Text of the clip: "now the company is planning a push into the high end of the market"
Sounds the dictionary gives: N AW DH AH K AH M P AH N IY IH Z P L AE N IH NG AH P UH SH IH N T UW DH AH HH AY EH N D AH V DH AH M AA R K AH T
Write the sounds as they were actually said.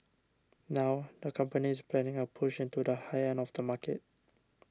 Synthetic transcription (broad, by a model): N AW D AH K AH M P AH N IY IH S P L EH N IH NG AH P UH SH IH N T UW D AH HH AY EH N AH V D AH M AA K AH T